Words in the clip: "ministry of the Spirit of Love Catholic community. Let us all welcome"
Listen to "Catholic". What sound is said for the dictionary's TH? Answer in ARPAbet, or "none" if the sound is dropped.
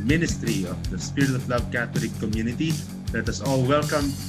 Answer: T